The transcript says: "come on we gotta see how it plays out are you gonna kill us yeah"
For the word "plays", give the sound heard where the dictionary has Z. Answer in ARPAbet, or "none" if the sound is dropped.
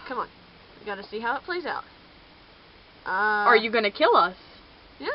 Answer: Z